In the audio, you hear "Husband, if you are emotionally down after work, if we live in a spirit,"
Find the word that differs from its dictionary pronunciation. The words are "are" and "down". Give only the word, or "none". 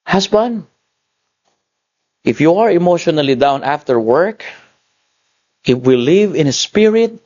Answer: none